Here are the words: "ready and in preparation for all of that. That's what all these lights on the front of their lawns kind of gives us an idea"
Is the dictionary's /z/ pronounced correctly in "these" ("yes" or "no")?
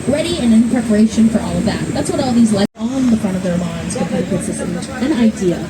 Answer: yes